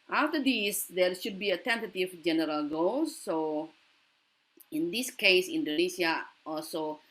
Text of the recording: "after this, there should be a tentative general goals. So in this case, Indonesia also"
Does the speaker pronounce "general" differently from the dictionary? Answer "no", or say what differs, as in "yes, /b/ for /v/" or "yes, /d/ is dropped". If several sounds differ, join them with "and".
no